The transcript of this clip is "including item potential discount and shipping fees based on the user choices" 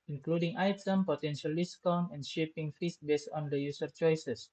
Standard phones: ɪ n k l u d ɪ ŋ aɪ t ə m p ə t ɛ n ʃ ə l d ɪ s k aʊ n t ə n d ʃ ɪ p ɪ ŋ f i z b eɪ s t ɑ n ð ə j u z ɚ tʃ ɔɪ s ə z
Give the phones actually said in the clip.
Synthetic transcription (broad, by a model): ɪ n k l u d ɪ ŋ aɪ t ə m p ə t ɛ n ʃ ə l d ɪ s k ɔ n ə n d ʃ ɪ p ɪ ŋ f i s b eɪ s t ɑ n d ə j u s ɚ tʃ ɔɪ s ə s